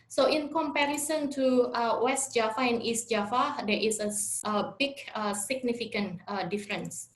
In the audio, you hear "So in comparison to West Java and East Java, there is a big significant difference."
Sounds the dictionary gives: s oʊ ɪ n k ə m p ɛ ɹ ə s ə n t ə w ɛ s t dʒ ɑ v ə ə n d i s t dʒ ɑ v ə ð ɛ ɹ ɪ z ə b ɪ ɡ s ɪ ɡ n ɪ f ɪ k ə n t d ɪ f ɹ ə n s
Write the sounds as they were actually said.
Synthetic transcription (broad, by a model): s oʊ ɪ n k ə m p ɛ ɹ ə s ə n t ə w ɛ s t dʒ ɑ f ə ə n i s t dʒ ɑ f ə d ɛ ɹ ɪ s ə b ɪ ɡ s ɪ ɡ n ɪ f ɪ k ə n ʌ d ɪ f ɹ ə n s